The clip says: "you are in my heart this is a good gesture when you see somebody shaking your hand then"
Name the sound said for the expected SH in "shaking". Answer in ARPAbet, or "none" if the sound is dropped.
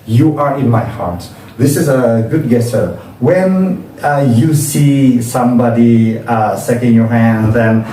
S